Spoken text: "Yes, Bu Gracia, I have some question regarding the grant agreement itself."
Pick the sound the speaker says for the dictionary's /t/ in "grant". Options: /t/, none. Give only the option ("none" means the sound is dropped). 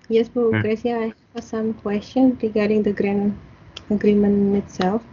none